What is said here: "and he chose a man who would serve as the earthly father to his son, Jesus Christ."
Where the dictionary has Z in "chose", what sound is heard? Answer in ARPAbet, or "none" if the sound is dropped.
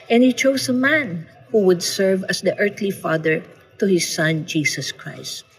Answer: S